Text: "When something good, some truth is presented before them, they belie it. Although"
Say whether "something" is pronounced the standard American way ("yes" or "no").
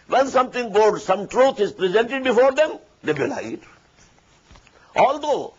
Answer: no